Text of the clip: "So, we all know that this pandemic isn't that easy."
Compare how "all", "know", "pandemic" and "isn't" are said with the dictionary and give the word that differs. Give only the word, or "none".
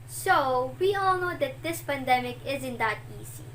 none